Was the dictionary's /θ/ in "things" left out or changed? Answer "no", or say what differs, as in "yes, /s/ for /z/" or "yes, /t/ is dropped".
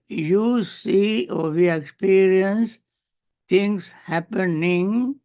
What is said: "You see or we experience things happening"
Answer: yes, /t/ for /θ/